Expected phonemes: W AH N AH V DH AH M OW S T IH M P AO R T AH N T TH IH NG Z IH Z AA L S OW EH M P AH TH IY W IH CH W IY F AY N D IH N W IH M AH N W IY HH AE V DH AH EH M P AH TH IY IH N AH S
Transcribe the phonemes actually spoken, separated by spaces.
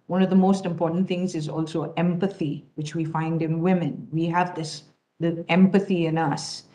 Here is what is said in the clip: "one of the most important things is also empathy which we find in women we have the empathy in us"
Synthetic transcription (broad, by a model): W AH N AH V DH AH M OW S T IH M P AO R T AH N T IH NG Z IH Z AA L S OW EH M P AH TH IY W IH CH W IY F AY N D IH N W IH M AH N W IY HH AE V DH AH EH M P AH TH IY IH N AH S